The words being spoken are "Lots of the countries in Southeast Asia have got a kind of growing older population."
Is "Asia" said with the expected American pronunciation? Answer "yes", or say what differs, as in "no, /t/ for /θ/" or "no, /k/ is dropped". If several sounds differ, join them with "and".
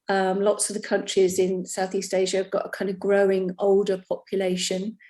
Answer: yes